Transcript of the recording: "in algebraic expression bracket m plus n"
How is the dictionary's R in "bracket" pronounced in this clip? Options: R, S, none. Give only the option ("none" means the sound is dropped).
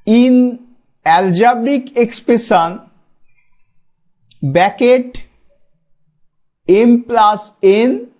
none